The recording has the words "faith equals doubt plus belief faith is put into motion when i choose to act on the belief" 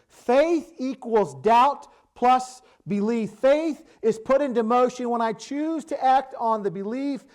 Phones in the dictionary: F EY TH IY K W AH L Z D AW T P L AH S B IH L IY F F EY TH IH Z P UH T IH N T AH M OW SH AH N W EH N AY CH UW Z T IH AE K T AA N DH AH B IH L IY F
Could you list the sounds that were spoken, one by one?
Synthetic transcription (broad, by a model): F EY TH IY K W AH L Z D AW T P L AH S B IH L IY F F EY TH IH Z P UH T IH N T AH M OW SH AH N W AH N AY CH UW Z T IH AE K T N DH AH B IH L IY F